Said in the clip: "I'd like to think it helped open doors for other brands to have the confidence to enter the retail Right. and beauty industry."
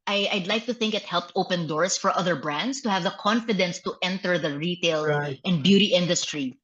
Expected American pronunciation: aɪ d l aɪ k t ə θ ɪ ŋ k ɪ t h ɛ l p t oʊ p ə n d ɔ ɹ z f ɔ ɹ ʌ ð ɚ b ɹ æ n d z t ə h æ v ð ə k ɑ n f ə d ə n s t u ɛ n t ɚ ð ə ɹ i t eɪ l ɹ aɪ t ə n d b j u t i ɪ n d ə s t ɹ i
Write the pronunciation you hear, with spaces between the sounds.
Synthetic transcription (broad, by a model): aɪ d l aɪ k t ə θ ɪ ŋ k ɪ t h ɛ l p t oʊ p ə n d ɔ ɹ s f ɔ ɹ ʌ ð ɚ b ɹ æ n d s t ə h æ v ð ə k ɑ n f ə d ə n s t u ɛ n t ɚ ð ə ɹ i t eɪ l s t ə n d b j u t i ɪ n d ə s t ɹ i